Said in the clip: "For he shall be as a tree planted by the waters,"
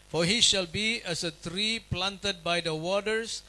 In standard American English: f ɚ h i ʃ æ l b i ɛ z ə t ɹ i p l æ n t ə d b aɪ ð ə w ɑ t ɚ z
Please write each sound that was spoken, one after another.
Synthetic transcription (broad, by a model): f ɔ h i ʃ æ l b i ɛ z ə t ɹ i p l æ n t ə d b aɪ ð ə w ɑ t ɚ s